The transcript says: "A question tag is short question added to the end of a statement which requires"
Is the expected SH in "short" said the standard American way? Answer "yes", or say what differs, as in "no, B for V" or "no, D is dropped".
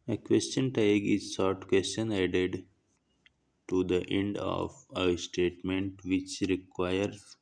no, S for SH